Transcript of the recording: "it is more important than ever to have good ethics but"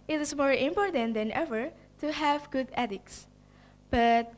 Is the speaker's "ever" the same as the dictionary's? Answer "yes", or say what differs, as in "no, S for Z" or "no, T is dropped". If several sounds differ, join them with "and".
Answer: yes